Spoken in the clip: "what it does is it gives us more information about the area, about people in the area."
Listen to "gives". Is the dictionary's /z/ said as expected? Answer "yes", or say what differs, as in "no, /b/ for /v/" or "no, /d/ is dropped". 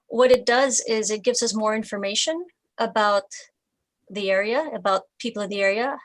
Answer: yes